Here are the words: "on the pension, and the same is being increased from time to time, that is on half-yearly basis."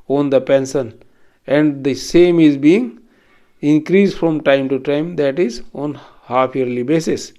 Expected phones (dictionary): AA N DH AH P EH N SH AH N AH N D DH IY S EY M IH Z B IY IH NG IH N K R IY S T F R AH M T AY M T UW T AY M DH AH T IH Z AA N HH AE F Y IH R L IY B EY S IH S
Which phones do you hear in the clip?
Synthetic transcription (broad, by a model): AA N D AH P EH N S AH N AH N D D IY S EY M IH Z B IY IH NG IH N K R IY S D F R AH M T AY M T UW T AY M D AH T IH Z AA N HH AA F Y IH R L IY B EY S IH S